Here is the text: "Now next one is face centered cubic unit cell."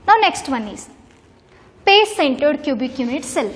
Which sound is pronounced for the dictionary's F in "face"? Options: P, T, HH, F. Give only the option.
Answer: P